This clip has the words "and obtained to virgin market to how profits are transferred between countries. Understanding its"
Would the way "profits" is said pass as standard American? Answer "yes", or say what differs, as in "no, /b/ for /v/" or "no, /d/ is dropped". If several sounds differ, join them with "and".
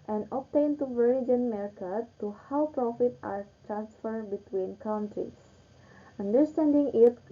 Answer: no, /s/ is dropped